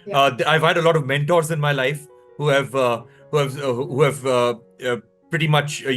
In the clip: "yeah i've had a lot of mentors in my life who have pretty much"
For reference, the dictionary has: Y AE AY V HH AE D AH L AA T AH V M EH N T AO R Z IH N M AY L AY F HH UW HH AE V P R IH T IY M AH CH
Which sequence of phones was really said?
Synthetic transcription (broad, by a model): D AY V HH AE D AH L AA T AH V M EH N T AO R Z IH N M AY L AY F HH UW HH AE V P R IH T IY M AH CH